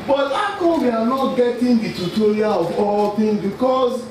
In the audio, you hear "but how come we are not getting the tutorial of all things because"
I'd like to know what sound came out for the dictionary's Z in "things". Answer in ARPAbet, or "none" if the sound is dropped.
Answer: none